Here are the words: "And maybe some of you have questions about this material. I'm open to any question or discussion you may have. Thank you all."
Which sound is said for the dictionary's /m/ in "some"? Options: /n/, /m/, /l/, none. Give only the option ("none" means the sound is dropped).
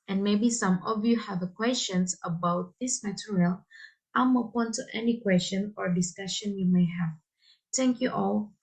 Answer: /m/